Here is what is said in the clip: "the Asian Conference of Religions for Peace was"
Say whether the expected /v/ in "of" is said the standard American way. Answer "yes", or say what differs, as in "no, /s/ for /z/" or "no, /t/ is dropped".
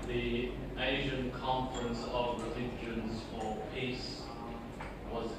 yes